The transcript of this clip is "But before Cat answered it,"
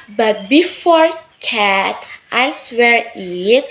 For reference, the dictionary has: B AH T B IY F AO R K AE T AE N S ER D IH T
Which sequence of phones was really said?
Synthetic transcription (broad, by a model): B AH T B IY F AO R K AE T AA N S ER IH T